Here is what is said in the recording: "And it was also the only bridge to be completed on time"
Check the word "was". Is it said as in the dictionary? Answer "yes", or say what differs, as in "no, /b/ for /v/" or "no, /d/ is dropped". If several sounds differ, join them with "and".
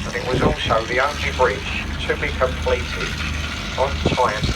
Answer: yes